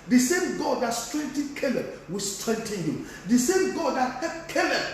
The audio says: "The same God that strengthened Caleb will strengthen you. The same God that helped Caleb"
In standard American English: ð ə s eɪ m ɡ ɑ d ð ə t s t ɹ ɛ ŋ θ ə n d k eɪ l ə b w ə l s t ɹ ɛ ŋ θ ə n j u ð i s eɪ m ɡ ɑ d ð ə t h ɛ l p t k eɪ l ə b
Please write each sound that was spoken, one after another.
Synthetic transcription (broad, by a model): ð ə s eɪ m ɡ ɑ d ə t s t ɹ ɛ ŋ t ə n k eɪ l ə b w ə s t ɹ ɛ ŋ t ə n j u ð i s eɪ m ɡ ɑ d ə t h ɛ p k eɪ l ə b